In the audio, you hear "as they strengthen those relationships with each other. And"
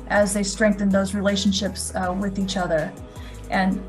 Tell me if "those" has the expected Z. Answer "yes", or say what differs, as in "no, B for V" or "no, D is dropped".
yes